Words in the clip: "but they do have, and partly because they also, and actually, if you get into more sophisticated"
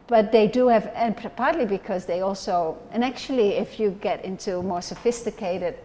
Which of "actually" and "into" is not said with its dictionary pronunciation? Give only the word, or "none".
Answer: none